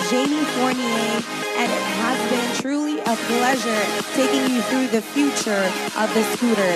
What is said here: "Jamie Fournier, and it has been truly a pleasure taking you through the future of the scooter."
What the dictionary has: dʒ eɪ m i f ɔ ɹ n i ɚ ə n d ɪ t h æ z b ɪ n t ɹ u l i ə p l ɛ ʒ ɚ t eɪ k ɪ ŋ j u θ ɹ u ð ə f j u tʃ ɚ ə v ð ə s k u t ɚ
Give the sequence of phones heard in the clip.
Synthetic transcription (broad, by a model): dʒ eɪ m i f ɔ ɹ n i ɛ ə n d ɪ t h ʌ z b ɪ n t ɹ u l i ə p l ɛ ʒ ɚ t eɪ k ɪ ŋ j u θ ɹ u ð ə f j u tʃ ɚ ə v ð ə s u t ɚ